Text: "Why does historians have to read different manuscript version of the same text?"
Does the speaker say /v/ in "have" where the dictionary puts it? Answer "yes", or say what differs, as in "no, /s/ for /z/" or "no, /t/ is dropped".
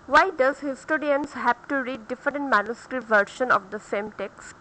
no, /p/ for /v/